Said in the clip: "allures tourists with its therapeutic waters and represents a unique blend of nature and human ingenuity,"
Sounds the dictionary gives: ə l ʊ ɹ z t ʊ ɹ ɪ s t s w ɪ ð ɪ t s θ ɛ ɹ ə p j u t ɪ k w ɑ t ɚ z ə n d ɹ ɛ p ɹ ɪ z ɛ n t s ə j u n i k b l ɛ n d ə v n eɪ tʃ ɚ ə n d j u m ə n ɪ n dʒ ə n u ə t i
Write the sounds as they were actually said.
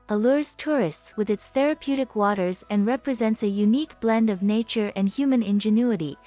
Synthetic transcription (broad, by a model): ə l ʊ ɹ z t ʊ ɹ ɪ s t s w ɪ ð ɪ t s θ ɛ ɹ ə p j u t ɪ k w ɑ t ɚ z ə n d ɹ ɛ p ɹ ɪ z ɛ n t s ə j u n i k b l ɛ n d ə v n eɪ tʃ ɚ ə n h j u m ə n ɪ n dʒ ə n u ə t i